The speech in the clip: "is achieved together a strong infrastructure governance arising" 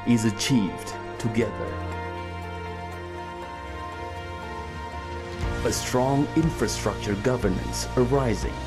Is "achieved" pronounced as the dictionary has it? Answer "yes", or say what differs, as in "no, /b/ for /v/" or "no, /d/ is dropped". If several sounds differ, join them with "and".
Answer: yes